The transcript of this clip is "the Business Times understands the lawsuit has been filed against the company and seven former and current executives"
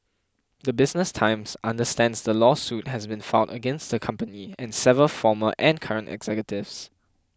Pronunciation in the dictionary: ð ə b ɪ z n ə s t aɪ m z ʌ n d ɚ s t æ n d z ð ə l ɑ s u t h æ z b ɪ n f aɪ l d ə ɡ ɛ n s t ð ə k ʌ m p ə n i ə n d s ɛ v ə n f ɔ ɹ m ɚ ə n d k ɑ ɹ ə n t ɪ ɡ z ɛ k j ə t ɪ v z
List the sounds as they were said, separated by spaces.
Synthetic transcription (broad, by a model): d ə b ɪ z n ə s t aɪ m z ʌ n d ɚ s t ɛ n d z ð ə l ɑ s u t h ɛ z b ɪ n f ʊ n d ə ɡ ɛ n s t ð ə k ʌ m p ə n i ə n s ɛ v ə l f ɔ m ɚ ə n k ɑ ɹ ə n t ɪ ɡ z ɛ k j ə t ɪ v s